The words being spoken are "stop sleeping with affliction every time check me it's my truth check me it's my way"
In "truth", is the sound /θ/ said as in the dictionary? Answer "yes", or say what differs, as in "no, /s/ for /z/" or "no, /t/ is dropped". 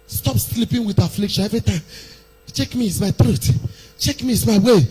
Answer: no, /t/ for /θ/